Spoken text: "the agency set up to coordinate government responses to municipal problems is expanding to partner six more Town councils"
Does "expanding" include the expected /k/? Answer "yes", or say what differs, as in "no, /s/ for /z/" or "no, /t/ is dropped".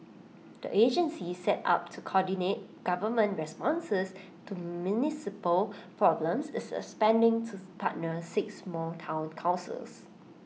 no, /k/ is dropped